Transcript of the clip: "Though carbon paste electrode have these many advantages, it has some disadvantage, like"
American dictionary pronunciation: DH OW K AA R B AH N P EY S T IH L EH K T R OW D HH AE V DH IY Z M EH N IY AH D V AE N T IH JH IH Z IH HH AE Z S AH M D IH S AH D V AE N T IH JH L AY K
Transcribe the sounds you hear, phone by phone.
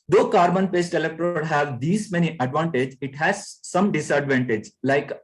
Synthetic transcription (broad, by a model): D OW K AA R B AH N P EY S T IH L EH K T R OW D HH AE V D IY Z M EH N IY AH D V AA N T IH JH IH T HH AE Z S AH M D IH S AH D V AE N T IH JH L AY K